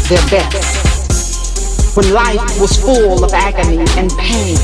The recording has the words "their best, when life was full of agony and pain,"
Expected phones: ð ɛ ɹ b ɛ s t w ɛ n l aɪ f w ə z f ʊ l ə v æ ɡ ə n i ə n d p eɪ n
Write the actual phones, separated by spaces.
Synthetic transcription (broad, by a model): ð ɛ ɹ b ɛ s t w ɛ n l aɪ f w ə z f ʊ l ə v æ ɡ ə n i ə n p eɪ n